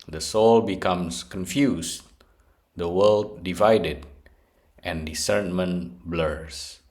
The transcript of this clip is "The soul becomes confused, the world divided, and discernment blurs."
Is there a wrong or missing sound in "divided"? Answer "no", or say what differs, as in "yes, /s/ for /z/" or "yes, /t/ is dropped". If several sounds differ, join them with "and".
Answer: no